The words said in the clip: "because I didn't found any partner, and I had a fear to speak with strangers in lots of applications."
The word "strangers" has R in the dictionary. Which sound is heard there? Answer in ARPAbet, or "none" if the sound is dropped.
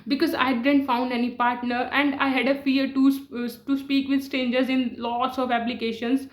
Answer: none